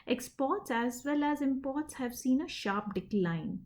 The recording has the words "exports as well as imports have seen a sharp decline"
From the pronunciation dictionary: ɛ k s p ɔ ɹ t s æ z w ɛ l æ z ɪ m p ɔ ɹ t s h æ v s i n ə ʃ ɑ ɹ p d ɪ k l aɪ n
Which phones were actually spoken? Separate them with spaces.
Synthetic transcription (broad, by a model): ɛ k s p ɔ ɹ t s æ z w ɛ l æ z ɪ m p ɔ ɹ t s h æ v s i n ə ʃ ɑ ɹ p d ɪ k l aɪ n